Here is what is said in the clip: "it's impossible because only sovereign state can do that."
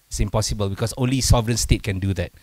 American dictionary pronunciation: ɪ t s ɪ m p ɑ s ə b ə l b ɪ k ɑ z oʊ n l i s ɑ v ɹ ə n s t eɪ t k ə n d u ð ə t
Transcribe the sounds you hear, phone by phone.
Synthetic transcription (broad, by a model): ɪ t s ɪ m p ɑ s ə b ə l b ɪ k ɑ s oʊ n l i s ɑ v ɹ ə n s t eɪ t k ə n d u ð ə t